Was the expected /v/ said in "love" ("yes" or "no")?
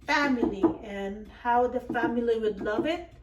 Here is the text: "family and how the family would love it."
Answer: yes